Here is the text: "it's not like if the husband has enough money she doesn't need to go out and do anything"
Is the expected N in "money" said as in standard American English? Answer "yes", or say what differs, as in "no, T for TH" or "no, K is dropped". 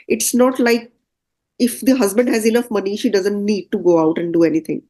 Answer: yes